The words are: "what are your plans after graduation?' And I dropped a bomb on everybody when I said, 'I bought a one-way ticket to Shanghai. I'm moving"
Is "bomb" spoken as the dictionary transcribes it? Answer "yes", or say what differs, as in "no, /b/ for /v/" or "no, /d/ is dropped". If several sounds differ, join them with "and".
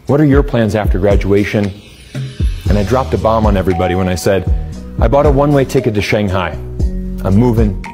yes